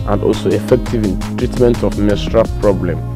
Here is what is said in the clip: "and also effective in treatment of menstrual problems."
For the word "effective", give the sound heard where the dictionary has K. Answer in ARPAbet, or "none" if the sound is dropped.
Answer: K